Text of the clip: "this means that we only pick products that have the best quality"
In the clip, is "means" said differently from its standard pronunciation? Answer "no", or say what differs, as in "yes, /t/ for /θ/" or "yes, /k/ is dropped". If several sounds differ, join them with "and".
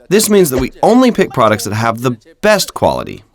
no